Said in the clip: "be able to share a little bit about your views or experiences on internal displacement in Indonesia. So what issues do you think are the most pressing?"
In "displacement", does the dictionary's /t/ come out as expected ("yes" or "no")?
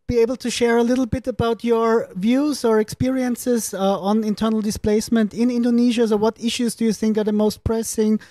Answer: yes